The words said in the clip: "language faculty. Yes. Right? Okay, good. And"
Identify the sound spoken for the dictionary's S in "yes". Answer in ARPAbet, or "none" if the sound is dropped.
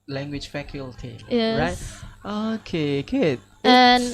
none